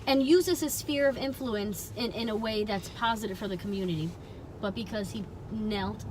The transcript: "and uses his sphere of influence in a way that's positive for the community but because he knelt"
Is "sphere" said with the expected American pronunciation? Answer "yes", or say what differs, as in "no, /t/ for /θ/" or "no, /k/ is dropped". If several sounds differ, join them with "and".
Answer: yes